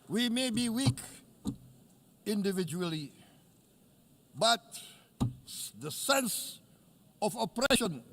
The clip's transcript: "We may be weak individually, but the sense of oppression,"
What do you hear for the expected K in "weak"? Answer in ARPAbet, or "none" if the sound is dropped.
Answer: K